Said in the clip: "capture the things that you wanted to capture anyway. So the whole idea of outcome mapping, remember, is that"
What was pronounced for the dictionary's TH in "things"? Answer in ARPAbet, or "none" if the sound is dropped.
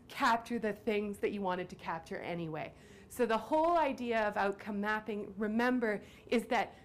TH